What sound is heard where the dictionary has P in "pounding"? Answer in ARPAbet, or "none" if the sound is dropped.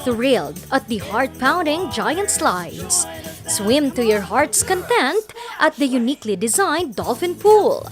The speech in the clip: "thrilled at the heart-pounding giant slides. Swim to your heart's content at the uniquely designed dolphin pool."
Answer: P